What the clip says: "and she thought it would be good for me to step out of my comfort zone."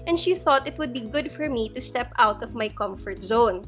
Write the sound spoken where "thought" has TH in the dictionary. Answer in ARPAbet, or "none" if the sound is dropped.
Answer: TH